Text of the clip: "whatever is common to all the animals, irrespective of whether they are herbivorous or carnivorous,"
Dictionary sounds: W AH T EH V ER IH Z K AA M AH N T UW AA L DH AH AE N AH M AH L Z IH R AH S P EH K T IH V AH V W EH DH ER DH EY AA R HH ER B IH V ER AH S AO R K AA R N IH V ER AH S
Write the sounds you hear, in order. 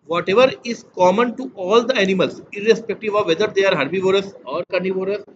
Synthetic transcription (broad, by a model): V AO T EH V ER IH Z K AA M AH N T UW AA L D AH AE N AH M AH L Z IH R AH S P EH K T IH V AH V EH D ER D EY AA R HH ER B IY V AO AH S AO R K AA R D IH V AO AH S